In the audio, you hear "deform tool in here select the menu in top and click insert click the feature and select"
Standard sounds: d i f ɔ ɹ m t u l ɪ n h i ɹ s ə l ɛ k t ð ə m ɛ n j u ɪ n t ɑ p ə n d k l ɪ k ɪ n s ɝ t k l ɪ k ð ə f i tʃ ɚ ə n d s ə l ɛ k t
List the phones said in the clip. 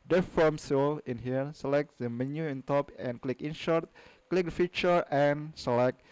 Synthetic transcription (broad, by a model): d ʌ f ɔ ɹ m s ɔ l ɪ n h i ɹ s ə l ɛ k t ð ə m ɛ n j u ɪ n t ɑ p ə n k l ɪ k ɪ n ʃ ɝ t k l ɪ k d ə f i tʃ ɚ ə n s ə l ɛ k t